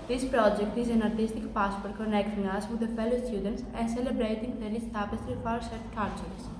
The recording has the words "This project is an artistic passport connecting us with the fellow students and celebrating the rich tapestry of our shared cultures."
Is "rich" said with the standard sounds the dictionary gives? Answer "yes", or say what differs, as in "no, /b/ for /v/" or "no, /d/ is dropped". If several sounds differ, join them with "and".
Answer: no, /l/ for /ɹ/ and /s/ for /tʃ/